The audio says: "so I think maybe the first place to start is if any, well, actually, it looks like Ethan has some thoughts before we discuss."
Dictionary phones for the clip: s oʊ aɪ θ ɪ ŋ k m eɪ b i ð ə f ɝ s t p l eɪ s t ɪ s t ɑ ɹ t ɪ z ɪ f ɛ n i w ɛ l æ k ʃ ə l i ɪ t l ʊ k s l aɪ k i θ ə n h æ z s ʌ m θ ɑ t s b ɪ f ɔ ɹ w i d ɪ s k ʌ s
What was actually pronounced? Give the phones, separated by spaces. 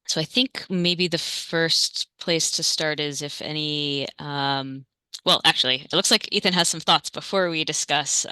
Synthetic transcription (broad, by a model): s oʊ aɪ θ ɪ ŋ k m eɪ b i ð ə f ɝ s t p l eɪ s t ɪ s t ɑ ɹ t ɪ z ɪ f ɛ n i w ɛ l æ k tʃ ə l i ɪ t l ʊ k s l aɪ k i θ ə n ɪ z s ʌ m θ ɑ t s b ɪ f ɔ ɹ w i d ɪ s k ʌ s